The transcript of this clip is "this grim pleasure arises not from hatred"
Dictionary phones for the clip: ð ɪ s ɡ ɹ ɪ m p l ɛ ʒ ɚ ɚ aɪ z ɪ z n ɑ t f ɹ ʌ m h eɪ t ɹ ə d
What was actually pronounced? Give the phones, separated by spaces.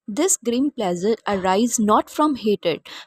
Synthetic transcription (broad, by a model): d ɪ s ɡ ɹ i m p l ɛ z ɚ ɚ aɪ ɪ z n ɑ t f ɹ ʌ m h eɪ t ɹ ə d